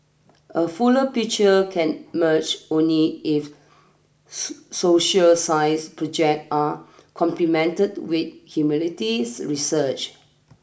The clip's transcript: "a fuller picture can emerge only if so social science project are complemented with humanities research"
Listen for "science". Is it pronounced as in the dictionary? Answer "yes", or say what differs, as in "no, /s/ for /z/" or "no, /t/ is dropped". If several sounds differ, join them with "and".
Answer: no, /n/ is dropped